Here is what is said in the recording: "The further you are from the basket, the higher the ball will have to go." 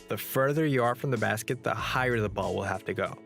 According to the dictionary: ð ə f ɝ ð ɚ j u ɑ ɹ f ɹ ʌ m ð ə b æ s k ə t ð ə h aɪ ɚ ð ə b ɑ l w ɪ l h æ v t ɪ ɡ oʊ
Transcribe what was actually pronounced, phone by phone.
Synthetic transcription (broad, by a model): ð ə f ɝ ð ɚ j ɑ ɹ f ɹ ʌ m ð ə b æ s k ə t ð ə h aɪ ɚ ð ə b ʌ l w ɪ l h æ f t ɪ ɡ oʊ